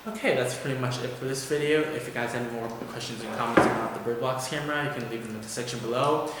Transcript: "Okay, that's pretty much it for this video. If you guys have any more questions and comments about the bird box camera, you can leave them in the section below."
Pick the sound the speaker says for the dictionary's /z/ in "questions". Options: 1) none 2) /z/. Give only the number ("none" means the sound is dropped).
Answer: 2